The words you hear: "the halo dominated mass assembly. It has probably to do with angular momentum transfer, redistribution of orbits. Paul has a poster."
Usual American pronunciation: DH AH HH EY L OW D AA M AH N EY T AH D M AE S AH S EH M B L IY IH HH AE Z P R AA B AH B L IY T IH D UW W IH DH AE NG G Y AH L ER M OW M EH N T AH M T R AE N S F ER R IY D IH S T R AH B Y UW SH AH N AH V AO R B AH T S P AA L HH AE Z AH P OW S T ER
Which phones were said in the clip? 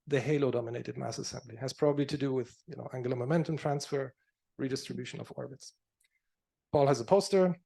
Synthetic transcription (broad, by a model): DH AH HH EY L OW D AA M AH N EY T AH D M AE S AH S EH M B L IY IH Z P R AA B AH B L IY T IH D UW W IH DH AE NG G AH L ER M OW M EH N T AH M T R AE N S F ER R IY D IH S T R AH B Y UW SH AH N AH V AO R B AH T S P AA L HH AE Z AH P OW S T ER